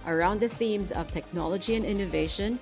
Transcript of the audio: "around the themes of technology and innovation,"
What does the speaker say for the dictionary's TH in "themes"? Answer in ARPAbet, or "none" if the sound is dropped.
TH